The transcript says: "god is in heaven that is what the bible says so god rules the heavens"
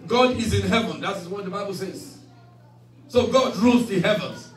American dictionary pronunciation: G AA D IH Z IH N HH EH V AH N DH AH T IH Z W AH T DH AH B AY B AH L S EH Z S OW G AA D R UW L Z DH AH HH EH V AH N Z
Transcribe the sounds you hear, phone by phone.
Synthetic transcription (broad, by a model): G AA D IH Z IH N HH EH V AH N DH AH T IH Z W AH T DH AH B AY B AH L S EH Z S OW G AA D R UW L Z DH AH HH EH V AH N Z